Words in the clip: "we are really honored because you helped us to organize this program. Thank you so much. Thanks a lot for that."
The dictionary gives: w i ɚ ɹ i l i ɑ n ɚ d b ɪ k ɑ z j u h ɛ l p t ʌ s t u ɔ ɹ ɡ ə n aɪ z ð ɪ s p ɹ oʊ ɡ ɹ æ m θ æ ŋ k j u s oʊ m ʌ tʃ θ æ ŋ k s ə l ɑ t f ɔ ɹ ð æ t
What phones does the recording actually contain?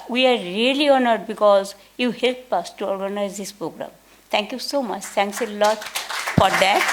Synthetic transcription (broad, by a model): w i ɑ ɹ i l i ɑ n ɚ d b ɪ k ɑ z j u h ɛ l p ʌ s t u ɔ ɹ ɡ ə n aɪ z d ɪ s p ɹ oʊ ɡ ɹ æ m t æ ŋ k j u s oʊ m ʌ tʃ t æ ŋ k s ə l ɑ t f ɔ ɹ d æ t